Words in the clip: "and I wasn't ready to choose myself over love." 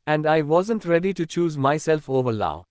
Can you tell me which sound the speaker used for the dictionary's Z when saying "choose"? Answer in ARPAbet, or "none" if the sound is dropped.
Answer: Z